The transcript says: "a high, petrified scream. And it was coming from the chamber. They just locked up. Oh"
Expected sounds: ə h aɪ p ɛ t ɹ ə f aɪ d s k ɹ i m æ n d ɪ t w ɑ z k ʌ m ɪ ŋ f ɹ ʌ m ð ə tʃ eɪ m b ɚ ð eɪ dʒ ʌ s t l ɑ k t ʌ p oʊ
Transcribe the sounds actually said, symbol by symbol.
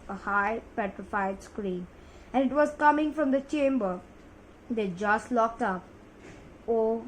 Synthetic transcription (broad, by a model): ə h aɪ p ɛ t ɹ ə f aɪ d s k ɹ i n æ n ɪ t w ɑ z k ʌ m ɪ ŋ f ɹ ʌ m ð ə tʃ eɪ m b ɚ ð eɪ dʒ ʌ s t l ɑ k t ʌ p oʊ